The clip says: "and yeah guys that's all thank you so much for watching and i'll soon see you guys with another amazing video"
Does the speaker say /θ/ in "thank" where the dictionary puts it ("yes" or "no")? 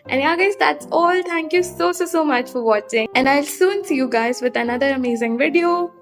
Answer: no